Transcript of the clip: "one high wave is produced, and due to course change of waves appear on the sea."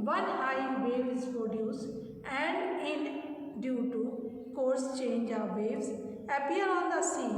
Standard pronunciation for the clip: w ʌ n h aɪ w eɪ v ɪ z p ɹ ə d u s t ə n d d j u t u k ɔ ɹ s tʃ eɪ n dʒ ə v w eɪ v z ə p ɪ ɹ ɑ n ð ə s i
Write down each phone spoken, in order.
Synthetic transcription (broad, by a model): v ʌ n h aɪ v eɪ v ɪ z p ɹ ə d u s ə n d d j u t u k ɔ ɹ s tʃ eɪ n dʒ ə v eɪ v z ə p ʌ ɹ ɑ n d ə s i